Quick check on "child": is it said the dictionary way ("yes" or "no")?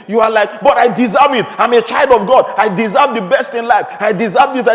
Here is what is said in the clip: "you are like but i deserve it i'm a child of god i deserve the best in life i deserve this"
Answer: yes